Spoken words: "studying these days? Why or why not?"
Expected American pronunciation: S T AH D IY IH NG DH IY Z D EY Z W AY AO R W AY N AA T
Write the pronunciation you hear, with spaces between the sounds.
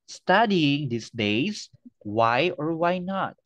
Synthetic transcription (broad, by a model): S T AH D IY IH NG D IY S D EY S W AY AO R W AY N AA T